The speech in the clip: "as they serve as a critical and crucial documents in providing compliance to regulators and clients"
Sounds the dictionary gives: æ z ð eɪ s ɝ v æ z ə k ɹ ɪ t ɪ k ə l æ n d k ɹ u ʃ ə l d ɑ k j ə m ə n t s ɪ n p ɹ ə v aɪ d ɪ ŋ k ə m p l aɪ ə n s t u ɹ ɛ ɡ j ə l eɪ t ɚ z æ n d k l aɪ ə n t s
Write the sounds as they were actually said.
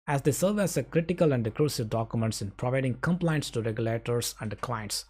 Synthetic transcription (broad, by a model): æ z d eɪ s ɝ v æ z ə k ɹ ɪ t ɪ k ə l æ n d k ɹ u s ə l d ɑ k j ə m ə n t s ɪ n p ɹ ə v aɪ d ɪ ŋ k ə m p l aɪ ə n s t u ɹ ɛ ɡ j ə l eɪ t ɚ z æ n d k l aɪ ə n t s